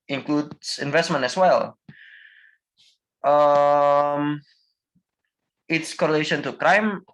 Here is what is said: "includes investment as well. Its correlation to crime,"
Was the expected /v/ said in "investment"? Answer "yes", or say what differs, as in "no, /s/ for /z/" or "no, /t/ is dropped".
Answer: yes